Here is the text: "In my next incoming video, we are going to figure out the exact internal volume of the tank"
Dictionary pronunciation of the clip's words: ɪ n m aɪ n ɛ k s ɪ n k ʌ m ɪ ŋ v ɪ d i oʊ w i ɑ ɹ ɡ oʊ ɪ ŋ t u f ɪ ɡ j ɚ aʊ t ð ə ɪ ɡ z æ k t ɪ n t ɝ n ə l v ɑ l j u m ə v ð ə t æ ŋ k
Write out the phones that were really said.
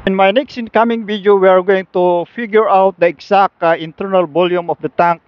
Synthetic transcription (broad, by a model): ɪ n m aɪ n ɛ k s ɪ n k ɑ m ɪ ŋ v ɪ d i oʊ w i ɑ ɹ ɡ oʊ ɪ ŋ t u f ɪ ɡ j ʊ aʊ t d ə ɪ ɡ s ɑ k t ɪ n t ɝ n ə l b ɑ l j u m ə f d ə t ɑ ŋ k